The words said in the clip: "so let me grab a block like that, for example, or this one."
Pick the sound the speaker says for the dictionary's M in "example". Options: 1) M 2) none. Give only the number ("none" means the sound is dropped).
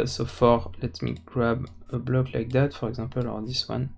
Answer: 2